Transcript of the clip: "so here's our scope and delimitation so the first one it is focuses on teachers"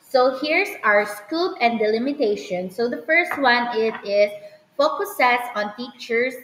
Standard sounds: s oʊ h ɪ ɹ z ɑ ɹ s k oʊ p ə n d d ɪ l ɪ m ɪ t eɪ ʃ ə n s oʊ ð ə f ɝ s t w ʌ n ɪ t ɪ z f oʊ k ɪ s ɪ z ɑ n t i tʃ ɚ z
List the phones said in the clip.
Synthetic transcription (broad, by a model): s oʊ h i ɹ s ɑ ɹ s k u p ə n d d ɪ l ɪ m ɪ t eɪ ʃ ə n s oʊ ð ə f ɝ s t w ʌ n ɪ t ɪ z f oʊ k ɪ s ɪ s ɑ n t i tʃ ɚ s